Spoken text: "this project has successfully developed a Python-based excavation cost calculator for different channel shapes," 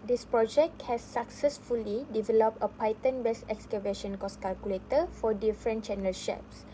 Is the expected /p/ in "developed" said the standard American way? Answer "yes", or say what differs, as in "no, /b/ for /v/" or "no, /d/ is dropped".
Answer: yes